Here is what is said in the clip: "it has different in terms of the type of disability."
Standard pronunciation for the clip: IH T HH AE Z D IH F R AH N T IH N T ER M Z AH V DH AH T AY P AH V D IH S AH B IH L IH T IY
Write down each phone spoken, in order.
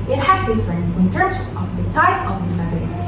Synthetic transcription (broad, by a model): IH T HH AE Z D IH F AH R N IH N T ER M Z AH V DH AH T AY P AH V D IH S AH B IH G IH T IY